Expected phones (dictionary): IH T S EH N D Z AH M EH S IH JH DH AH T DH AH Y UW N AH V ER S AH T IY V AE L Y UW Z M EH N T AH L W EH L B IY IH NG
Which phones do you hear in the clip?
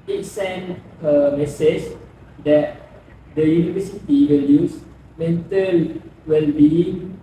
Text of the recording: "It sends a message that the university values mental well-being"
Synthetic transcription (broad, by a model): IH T S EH N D AH M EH S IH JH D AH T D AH Y UW N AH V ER S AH T IY W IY L Y UW S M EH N T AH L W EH L B IY